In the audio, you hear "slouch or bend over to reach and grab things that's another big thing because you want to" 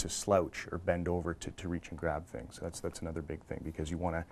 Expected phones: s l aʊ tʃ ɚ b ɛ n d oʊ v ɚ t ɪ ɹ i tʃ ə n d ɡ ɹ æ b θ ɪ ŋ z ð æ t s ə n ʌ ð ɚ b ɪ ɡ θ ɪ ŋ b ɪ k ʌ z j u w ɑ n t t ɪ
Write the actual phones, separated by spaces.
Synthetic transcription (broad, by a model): s l aʊ tʃ ɚ b ɛ n d oʊ v ɚ t ɪ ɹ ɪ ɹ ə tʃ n ɡ ɹ æ b θ ɪ ŋ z ð æ t s ə n ʌ ð ɚ b ɪ ɡ θ ɪ ŋ b ɪ k ʌ z j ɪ w ɑ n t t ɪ